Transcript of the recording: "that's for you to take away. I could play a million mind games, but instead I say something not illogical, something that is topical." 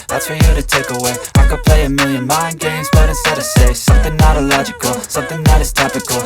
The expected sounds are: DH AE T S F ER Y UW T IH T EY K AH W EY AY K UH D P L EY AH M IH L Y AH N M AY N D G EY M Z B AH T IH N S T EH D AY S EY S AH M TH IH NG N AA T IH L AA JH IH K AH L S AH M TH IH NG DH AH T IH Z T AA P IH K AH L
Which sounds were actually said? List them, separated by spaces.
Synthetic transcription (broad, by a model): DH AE T S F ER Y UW T IH T EY K AH W EY AY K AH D P L EY AH M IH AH N M AY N G EY M Z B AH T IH S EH D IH S EY S AH M TH IH NG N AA T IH L AA JH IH K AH L S AH M TH IH NG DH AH T IH Z T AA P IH K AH L